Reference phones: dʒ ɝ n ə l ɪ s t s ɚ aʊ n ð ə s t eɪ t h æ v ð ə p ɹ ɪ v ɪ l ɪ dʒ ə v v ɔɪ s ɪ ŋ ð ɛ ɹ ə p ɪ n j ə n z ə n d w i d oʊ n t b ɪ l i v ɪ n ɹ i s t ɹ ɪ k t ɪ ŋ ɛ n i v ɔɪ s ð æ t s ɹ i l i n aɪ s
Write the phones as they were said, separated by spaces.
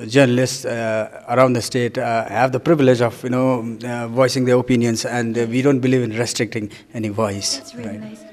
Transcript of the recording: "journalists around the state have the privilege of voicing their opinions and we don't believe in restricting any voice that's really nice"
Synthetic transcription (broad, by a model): dʒ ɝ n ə l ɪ s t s ɚ aʊ n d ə s t eɪ t h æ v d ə p ɹ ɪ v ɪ l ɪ dʒ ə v v ɔɪ s ɪ ŋ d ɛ ɹ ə p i n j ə n s ə n d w i d oʊ n t b ɪ l i v ɪ n ɹ i s t ɹ ɪ k t ɪ ŋ ɛ n i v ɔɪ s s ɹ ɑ i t